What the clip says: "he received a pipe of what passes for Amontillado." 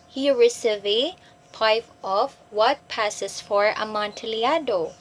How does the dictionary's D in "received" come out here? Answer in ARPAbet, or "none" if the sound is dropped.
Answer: none